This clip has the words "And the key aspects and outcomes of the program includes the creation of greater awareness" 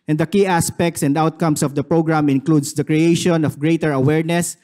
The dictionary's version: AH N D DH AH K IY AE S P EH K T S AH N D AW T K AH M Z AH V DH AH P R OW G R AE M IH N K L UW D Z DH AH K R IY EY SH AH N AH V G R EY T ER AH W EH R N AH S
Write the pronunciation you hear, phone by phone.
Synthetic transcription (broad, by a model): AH N D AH K IY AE S P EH K T S AH N D AW T K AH M S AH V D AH P R OW G R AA M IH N K L UW D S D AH K R IY EY SH AH N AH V G R EY T ER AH W EH R N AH S